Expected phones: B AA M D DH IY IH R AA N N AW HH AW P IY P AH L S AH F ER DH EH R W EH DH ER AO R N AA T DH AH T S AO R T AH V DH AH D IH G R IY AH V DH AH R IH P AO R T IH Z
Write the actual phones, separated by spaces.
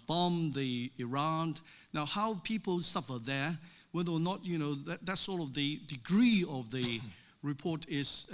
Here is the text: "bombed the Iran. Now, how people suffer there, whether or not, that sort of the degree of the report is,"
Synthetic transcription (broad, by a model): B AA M DH IY IH R AA N N AW HH AW P IY P L S AH F ER DH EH R W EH DH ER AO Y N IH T DH AH T S AO R T AH V DH AH D IH G R IY AH V DH AH R IH P AO R T IH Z